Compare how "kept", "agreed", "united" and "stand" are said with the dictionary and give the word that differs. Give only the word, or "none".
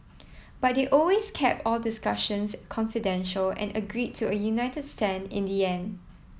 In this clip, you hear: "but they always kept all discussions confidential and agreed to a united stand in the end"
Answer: stand